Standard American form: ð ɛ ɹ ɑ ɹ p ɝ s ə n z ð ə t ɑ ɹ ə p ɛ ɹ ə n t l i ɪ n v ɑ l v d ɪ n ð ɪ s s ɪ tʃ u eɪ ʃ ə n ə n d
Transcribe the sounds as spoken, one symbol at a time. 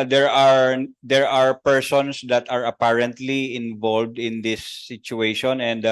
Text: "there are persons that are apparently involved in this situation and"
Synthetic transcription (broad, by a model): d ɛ ɹ ɑ ɹ p ɝ s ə n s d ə t ɑ ɹ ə p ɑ ɹ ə n t l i ɪ n v ɑ l v d ɪ n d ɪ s s ɪ tʃ u eɪ ʃ ə n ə n d